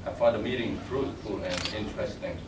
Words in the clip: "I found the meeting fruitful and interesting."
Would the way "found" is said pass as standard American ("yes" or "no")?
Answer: no